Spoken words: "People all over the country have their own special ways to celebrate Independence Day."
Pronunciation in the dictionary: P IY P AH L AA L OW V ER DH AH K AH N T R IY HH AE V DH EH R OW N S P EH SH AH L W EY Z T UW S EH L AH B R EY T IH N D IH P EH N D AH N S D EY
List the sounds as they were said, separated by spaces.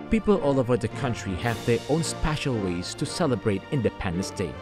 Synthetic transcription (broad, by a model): P IY P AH L AA L OW V ER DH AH K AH N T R IY HH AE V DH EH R OW N S P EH SH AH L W EY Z T UW S EH L AH B R EY T IH N D IH P EH N D AH N S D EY